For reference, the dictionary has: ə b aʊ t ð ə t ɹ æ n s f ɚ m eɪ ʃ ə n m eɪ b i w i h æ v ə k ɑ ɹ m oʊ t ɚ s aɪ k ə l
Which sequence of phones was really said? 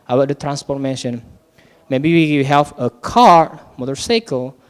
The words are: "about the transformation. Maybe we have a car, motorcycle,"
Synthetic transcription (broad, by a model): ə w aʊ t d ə t ɹ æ n s p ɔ m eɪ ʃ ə n m eɪ b i w i h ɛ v ə k ɑ ɹ m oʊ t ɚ s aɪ k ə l